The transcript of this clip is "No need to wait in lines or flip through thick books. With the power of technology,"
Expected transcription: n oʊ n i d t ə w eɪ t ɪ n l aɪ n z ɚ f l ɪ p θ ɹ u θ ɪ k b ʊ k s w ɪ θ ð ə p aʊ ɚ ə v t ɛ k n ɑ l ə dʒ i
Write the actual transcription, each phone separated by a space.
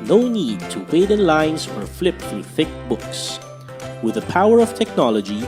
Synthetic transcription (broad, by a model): n oʊ n i d t ə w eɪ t ɪ n l aɪ n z ɚ f l ɪ p θ ɹ u θ ɪ k b ʊ k s w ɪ ð ə p aʊ ɚ ə v t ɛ k n ɑ l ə dʒ i